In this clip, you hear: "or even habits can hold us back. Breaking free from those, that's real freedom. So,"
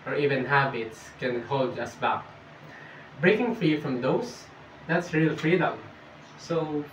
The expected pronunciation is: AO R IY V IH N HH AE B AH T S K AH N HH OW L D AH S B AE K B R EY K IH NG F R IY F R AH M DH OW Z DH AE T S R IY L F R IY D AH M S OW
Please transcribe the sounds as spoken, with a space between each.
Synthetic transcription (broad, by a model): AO R IY V IH N HH AE B AH T S K AH N HH OW L D AH S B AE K B R EY K IH NG F R IY F R AH M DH OW S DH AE T S R IY L F R IY D AH M S OW